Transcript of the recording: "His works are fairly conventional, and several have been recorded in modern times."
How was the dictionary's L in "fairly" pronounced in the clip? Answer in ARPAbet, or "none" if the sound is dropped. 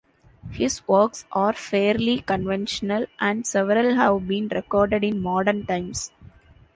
L